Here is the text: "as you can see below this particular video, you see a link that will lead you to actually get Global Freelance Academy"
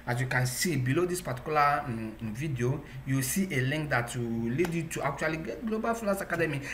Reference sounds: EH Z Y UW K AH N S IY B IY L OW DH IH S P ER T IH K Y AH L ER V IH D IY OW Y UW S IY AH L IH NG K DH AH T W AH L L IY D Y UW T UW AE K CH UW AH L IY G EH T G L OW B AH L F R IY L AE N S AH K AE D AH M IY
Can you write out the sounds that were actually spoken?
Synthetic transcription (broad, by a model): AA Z Y UW K AH N S IY B IY L OW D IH S P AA T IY K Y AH L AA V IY D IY OW Y UW S IY AH L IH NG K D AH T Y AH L L IY D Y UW T UW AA K CH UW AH L IY G EH T G L OW B AH L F IY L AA S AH K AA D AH M IY